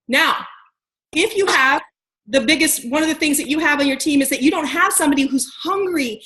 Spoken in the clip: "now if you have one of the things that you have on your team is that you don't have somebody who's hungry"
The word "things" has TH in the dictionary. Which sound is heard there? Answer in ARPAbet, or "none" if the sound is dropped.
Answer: TH